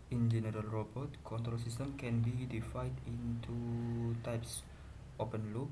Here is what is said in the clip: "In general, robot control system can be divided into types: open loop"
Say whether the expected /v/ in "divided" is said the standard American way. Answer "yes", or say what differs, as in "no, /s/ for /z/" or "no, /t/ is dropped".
no, /f/ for /v/